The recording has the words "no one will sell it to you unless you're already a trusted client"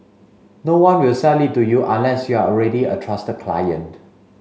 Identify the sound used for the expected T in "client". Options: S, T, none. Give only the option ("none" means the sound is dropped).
T